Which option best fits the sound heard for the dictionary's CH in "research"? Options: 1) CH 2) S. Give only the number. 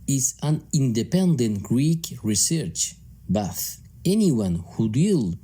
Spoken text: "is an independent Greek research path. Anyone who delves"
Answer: 1